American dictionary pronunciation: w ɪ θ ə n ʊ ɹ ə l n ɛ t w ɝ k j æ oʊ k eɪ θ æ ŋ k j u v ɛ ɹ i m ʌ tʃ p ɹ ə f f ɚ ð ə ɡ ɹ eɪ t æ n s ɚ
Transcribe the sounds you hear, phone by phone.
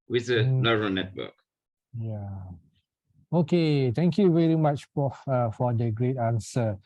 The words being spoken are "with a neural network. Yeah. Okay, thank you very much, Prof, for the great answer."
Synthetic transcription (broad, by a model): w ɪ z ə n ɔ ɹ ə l n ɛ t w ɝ k j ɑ oʊ k eɪ t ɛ ŋ k j u v ɛ ɹ i m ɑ tʃ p ə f f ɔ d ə ɡ ɹ eɪ t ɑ n s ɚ